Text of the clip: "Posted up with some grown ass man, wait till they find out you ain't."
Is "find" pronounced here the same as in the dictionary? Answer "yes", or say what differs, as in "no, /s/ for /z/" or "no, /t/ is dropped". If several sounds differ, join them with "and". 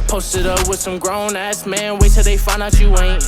no, /d/ is dropped